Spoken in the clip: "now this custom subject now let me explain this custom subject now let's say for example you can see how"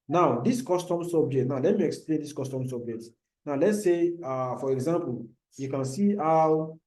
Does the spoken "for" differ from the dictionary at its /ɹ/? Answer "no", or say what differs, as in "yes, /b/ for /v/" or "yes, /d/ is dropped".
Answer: no